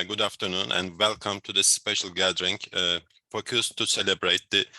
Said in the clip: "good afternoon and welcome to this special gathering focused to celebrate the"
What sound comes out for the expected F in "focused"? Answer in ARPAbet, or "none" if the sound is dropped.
P